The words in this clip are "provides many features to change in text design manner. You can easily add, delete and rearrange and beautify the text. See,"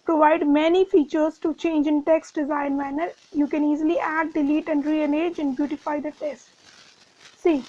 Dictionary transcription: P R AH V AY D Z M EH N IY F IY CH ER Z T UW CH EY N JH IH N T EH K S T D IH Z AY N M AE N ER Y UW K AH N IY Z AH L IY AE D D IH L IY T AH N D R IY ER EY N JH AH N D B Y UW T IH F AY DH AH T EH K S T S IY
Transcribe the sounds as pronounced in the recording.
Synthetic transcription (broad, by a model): P R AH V AY D M EH N IY F IY CH ER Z T UW CH EY N JH IH N T EH K S T D IH Z AY N M AE N ER Y UW K AH N IY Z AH L IY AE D D IH L IY T AH N D R IY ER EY JH AH N D B Y UW T IH F AY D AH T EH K S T S IY